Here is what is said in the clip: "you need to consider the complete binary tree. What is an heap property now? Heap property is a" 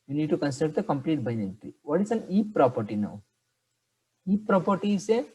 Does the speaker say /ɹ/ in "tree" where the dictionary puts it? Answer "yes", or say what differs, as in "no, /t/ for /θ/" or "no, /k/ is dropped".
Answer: no, /ɹ/ is dropped